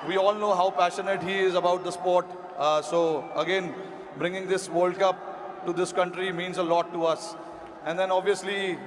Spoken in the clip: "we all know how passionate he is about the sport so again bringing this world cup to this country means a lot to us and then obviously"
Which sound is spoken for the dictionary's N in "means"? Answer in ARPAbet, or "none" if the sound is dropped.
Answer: N